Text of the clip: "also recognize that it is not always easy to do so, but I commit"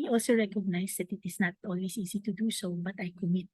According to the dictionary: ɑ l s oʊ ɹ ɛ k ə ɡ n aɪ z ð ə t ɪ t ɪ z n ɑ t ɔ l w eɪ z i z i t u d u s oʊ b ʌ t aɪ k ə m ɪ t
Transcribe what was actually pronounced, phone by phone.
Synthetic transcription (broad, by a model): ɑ l s oʊ ɹ ɛ k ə ɡ n aɪ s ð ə t ɪ t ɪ s n ɑ t ɔ l w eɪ s i s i t u d u s oʊ b ʌ t aɪ k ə m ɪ t